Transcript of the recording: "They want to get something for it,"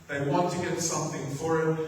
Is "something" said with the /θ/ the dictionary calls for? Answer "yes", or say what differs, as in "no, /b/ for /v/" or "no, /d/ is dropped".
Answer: yes